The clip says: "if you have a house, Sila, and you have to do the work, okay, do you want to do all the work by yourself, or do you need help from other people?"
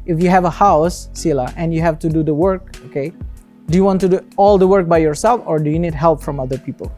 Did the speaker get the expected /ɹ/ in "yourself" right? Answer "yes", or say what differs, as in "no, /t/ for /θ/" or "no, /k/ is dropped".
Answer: yes